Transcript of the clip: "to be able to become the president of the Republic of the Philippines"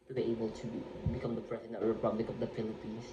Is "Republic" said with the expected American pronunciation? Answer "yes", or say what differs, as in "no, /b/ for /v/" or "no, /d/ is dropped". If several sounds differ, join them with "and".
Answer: yes